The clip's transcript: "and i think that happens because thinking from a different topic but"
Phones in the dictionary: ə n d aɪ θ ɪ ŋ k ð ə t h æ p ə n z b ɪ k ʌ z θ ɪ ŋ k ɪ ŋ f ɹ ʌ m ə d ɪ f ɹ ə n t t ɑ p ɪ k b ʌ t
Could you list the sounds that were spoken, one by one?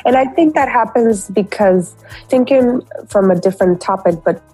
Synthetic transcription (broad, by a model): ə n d aɪ θ ɪ ŋ k ð ə t h æ p ə n z b ɪ k ʌ z θ ɪ ŋ k ɪ ŋ f ɹ ʌ m ə d ɪ f ɹ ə n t t ɑ p ɪ k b ʌ t